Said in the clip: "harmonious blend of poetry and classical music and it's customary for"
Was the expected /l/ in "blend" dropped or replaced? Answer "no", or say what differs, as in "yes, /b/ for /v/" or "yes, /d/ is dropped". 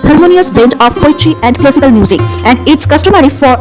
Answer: yes, /l/ is dropped